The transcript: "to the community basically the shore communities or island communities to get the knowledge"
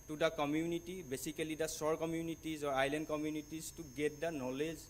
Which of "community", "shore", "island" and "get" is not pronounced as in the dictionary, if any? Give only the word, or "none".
shore